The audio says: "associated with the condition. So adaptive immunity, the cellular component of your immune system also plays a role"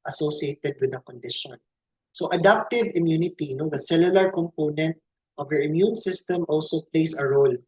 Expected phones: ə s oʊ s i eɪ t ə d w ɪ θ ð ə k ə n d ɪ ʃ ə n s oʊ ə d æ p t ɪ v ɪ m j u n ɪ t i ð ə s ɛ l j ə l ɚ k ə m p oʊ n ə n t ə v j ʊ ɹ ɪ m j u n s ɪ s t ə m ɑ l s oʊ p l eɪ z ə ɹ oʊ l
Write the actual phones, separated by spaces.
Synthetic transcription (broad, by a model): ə s oʊ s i eɪ t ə d w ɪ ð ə k ə n d ɪ ʃ ə n s oʊ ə d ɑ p t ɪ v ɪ m j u n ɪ t i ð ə s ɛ l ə l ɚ k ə m p oʊ n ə n t ə v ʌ ɹ ɪ m j u n s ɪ s t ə m ɑ l s oʊ p l eɪ s ə ɹ oʊ l